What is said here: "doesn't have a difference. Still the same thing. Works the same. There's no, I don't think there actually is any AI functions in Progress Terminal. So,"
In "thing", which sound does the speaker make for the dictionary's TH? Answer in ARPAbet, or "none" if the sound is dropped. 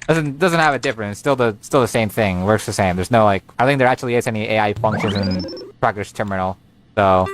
TH